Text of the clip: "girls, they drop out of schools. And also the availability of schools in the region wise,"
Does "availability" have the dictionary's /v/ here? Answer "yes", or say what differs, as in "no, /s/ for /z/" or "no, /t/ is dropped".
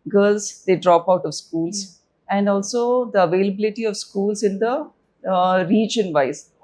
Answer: yes